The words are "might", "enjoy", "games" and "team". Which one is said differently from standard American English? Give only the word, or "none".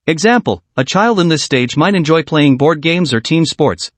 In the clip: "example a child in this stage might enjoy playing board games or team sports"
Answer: none